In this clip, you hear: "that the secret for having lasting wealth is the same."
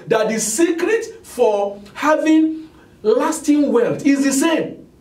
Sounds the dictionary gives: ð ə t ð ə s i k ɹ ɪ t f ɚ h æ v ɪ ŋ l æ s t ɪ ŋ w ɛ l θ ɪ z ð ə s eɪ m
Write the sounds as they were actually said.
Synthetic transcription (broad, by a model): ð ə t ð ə s i k ɹ ɪ t f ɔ h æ v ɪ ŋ l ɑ s t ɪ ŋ w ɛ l t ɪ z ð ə s eɪ m